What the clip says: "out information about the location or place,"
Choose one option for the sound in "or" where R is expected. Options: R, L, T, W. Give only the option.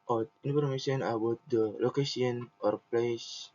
R